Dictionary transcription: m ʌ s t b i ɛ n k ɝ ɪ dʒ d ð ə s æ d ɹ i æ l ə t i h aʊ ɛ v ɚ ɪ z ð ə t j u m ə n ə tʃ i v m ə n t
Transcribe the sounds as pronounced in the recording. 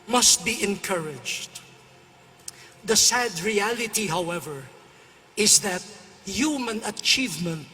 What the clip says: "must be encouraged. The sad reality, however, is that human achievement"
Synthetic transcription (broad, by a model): m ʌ s t b i ɛ n k ɝ ɪ dʒ d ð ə s æ d ɹ i æ l ə t i h aʊ ɛ v ɚ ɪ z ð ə t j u m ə n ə tʃ i v m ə n t